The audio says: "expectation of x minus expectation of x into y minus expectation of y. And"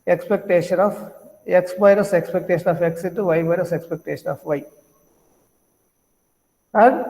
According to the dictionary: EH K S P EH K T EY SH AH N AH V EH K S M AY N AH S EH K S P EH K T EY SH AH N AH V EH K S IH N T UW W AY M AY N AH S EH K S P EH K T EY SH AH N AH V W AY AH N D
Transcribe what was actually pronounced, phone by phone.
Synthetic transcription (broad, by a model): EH K S P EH K T EY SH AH N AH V EH K S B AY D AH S EH K S P EH K T EY SH AH N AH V EH K S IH T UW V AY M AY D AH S EH K S P EH K T EY SH AH N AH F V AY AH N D